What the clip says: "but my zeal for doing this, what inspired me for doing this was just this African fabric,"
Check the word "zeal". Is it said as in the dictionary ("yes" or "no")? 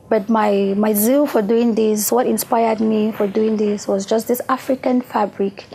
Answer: yes